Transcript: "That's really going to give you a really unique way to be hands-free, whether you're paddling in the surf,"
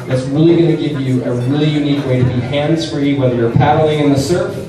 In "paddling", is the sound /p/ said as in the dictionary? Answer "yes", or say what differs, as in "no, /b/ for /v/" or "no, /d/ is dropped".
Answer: yes